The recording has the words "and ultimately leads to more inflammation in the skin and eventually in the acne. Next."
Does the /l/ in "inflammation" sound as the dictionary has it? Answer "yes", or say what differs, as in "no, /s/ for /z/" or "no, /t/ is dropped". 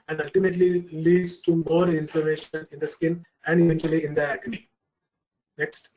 no, /l/ is dropped